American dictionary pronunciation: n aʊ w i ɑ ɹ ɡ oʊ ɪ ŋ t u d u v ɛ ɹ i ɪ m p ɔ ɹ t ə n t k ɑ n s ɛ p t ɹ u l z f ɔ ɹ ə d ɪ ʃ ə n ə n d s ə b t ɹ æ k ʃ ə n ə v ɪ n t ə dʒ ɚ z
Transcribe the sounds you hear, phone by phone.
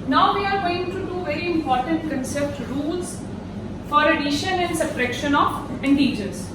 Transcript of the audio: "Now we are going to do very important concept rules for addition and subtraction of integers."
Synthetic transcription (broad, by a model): n aʊ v i ɑ ɹ ɡ oʊ ɪ ŋ t u d u v ɛ ɹ i ɪ m p ɔ ɹ t ə n t k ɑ n s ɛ p t ɹ u l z f ɔ ɹ ə d ɪ ʃ ə n ə n d s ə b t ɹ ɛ k ʃ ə n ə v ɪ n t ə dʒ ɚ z